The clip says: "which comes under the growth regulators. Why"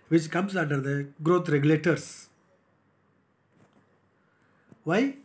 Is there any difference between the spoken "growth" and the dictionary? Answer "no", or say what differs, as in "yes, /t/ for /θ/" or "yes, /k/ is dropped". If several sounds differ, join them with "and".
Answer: yes, /t/ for /θ/